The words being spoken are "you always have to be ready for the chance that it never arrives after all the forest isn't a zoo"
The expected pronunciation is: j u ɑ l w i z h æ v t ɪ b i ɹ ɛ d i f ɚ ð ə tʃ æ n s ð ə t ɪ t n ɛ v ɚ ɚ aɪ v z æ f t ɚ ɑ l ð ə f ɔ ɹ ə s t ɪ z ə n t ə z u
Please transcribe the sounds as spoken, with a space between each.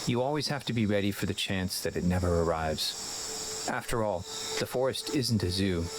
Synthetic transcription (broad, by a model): j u ɑ l w i z h æ f t ɪ b i ɹ ɛ d i f ɚ ð ə tʃ æ n s ð ə t ɪ t n ɛ v ɚ ɚ aɪ v z æ f t ɚ ɑ l ð ə f ɔ ɹ ə s t ɪ z n t ə z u